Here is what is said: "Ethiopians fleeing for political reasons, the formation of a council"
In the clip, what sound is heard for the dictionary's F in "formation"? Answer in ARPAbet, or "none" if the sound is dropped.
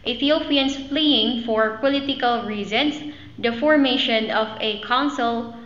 F